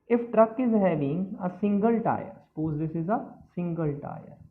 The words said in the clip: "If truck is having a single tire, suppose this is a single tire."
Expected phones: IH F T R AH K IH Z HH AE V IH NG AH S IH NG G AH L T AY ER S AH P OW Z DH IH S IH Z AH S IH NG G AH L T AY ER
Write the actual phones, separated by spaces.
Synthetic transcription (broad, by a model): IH F T R AH K IH Z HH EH B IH NG AH S IH NG G AH L T AY ER S AH P OW Z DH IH S IH Z AH S IH NG G AH L T AY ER